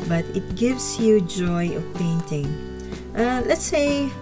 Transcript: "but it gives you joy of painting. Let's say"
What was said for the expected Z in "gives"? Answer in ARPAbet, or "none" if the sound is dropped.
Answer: S